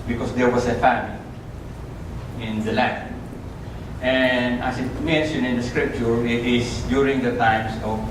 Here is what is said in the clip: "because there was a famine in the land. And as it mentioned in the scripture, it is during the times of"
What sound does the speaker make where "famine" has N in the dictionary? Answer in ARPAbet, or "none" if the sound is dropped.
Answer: L